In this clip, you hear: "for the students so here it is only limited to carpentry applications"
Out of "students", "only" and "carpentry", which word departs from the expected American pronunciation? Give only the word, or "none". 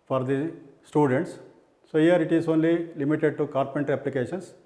none